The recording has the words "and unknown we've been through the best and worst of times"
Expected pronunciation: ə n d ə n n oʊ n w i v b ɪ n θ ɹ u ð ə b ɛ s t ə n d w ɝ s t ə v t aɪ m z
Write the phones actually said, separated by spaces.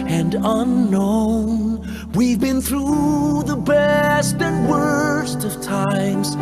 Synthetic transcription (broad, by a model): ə n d ə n n oʊ n w i v b ɪ n θ ɹ u ð ə b ɛ s t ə n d w ɝ s t ə v t aɪ m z